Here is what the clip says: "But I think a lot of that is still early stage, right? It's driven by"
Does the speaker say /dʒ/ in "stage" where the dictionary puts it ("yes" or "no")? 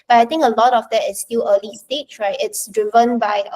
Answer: no